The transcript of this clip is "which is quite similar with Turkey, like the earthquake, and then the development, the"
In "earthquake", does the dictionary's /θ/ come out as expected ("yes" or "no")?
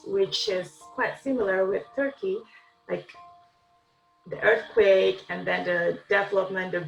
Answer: yes